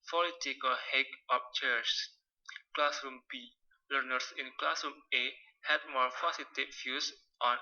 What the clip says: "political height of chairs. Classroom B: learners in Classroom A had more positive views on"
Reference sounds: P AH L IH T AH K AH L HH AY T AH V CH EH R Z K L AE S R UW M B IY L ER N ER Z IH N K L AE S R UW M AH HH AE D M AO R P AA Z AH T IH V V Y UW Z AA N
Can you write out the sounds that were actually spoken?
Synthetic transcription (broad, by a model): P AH L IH T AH K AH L HH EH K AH P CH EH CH K L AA S R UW M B IY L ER N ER S IH N K L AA S R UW M AH HH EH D M AO R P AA S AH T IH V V Y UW S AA N